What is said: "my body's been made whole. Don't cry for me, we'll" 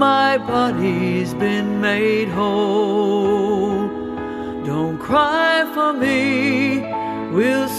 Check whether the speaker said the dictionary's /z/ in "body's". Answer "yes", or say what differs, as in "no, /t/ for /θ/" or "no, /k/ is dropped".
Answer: yes